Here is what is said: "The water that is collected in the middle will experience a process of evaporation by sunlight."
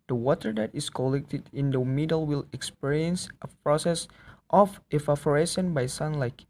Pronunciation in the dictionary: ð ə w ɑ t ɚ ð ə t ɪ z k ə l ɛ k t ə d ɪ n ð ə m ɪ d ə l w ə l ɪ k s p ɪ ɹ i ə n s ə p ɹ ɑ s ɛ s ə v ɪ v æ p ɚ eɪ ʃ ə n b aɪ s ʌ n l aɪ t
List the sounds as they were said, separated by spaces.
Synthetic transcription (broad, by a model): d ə w ɑ t ɚ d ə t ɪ s k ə l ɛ k t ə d ɪ n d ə m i d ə l w ə l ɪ k s p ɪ ɹ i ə n s ə p ɹ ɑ s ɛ s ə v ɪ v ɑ f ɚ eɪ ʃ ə n b aɪ s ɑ n l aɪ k